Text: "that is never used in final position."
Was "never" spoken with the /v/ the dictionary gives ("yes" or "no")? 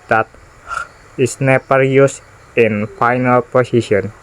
no